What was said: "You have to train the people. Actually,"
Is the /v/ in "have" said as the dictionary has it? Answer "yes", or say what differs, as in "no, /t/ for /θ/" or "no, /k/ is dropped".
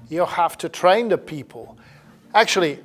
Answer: no, /f/ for /v/